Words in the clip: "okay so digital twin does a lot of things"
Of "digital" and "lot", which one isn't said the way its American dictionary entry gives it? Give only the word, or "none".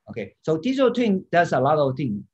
digital